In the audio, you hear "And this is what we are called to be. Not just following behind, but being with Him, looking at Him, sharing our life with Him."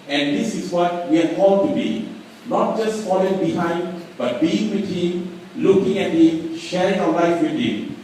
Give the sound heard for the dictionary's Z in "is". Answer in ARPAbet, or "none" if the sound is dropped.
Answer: S